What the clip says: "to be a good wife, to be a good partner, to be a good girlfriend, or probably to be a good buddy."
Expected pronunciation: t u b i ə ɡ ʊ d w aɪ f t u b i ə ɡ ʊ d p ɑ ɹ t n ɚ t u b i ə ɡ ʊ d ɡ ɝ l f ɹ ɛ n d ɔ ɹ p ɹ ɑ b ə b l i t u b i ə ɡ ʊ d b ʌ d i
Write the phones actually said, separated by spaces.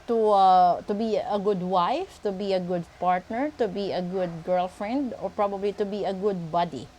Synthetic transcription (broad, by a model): t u b i ə ɡ ʊ d w aɪ f t u b i ə ɡ ʊ d p ɑ ɹ t n ɚ t u b i ə ɡ ʊ d ɡ ɝ l f ɹ ɛ n d ɔ ɹ p ɹ ɑ b ə b l i t u b i ə ɡ ʊ d b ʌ d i